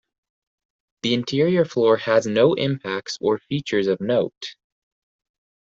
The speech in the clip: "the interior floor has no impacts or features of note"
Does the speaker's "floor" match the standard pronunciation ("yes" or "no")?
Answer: yes